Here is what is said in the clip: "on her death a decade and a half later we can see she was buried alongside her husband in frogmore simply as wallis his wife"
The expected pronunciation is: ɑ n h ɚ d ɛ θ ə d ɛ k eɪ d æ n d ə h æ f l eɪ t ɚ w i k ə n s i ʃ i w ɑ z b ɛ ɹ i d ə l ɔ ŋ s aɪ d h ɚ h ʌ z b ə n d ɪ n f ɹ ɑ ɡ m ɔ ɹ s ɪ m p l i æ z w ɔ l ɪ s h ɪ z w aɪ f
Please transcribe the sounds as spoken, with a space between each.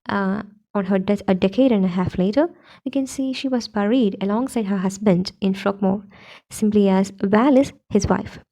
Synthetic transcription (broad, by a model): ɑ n h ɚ d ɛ t ə d ɛ k eɪ d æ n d ə h æ f l eɪ t ɚ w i k ə n s i ʃ i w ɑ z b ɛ ɹ i d ə l ɔ ŋ s aɪ d h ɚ h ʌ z b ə n d ɪ n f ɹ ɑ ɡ m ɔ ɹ s ɪ m p l i æ z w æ l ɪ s h ɪ z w aɪ f